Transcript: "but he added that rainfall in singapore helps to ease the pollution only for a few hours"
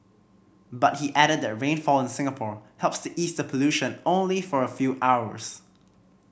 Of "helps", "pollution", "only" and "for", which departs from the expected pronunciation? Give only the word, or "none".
none